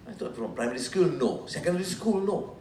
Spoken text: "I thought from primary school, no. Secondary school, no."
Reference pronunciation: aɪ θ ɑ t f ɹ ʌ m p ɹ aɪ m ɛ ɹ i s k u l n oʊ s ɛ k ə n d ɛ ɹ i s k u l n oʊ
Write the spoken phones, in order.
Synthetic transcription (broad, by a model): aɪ t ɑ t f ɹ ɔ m p ɹ aɪ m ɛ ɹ i s k u l n oʊ s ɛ k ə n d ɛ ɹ i s k u l n oʊ